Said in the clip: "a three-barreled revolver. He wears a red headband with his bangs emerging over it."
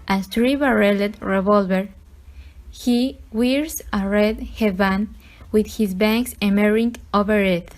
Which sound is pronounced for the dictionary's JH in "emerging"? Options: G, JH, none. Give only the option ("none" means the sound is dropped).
none